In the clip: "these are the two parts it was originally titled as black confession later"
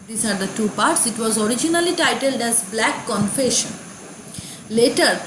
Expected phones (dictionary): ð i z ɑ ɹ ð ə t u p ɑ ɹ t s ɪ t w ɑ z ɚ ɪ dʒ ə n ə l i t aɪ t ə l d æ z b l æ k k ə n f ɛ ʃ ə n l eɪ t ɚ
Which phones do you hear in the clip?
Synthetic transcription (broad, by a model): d i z ɑ ɹ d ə t u p ɑ ɹ t s ɪ t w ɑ z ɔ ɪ dʒ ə n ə l i t aɪ t ə l d æ z b l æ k k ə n f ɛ ʃ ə n l eɪ t ɚ